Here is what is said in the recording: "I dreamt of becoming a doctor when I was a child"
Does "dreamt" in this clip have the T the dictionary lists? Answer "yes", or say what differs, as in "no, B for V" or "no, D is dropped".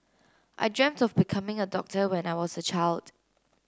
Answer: yes